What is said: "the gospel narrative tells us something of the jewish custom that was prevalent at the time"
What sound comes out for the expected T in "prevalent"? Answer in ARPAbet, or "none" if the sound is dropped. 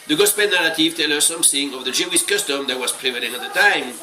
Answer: none